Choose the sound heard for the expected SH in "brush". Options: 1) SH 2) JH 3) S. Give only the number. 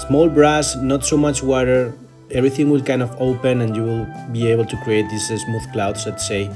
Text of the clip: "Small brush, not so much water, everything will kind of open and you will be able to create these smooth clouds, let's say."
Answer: 3